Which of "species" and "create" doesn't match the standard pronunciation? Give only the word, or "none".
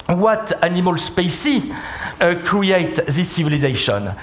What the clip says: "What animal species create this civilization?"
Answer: species